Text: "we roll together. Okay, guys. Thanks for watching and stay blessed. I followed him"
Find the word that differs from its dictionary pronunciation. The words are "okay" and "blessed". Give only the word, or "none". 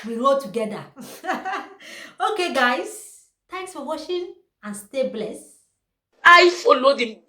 blessed